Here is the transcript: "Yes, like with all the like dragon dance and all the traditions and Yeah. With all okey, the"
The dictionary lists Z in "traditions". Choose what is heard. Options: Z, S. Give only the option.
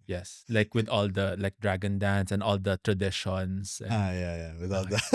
S